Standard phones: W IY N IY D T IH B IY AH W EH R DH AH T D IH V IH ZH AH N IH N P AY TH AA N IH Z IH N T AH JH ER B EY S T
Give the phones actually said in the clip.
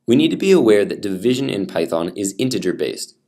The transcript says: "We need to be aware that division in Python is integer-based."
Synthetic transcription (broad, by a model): W IY N IY D T IH B IY AH W EH R DH AH T D IH V IH ZH AH N IH N P AY TH AA N IH Z IH N T AH JH ER B EY S T